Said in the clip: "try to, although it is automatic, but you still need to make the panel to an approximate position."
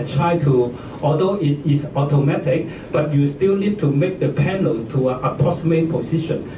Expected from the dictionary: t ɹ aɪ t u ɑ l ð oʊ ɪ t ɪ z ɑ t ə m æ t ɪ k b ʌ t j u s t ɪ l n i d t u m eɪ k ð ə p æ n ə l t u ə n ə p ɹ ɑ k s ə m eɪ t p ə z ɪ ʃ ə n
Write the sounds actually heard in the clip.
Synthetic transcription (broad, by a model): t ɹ aɪ t u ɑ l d oʊ ɪ t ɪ s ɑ t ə m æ t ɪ k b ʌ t j u s t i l n i d t u m eɪ k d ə p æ n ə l t u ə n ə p ɑ s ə m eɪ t p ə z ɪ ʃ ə n